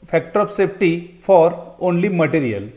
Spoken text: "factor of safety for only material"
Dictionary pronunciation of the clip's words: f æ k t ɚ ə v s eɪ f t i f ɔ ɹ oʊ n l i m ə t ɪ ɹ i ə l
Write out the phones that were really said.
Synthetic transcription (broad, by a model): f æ k t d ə p s eɪ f t i f ɔ ɹ oʊ n l i m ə t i ɹ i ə l